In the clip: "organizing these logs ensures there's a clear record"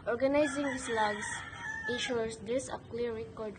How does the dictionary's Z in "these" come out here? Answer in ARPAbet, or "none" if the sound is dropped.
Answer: S